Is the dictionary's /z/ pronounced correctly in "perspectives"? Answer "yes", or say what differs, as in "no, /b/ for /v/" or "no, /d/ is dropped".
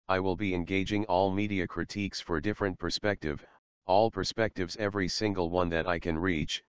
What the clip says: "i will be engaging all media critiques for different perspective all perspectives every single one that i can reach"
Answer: yes